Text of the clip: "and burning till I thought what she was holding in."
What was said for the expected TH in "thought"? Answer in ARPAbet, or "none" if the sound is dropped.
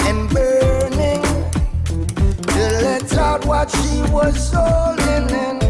S